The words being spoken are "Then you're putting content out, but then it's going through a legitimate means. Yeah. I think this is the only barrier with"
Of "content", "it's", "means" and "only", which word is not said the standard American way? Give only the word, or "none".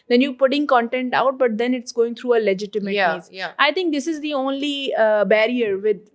means